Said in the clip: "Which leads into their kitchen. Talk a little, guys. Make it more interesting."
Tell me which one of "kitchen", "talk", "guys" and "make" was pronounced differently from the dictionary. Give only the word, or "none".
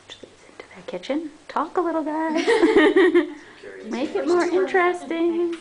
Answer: guys